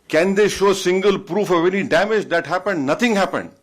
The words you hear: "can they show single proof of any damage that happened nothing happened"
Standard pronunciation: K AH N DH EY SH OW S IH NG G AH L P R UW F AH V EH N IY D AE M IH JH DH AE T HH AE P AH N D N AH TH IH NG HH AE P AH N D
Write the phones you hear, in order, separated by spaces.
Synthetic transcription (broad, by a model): K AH N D EY SH OW S IH NG G AH L P R UW F AH V EH N IY D AE M IH JH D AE T HH AE P AH N D N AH T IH NG HH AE P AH N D